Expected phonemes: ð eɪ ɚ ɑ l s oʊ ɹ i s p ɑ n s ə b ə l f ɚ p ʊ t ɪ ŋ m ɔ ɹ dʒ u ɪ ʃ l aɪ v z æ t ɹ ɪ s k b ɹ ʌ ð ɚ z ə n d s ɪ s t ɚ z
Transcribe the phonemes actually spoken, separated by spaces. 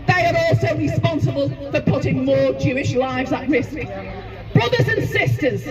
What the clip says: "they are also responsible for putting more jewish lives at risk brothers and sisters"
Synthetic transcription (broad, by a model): ð eɪ ɚ ɑ l s oʊ ɹ i s p ɑ n s ə b ə l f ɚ p ʊ t ɪ ŋ m ɔ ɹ dʒ u ɪ ʃ l aɪ v z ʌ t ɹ ɪ s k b ɹ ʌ ð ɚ z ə n s ɪ s t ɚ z